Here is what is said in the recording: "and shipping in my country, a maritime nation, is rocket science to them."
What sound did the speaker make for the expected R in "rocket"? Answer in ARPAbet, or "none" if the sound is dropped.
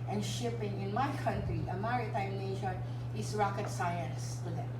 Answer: R